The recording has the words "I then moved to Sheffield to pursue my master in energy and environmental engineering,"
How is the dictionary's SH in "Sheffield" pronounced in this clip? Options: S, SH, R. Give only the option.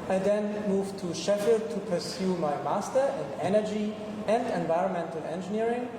SH